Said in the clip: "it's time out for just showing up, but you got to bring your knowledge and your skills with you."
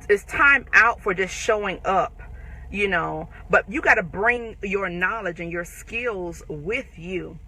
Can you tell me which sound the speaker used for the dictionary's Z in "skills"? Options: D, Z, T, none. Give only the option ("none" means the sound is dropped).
Z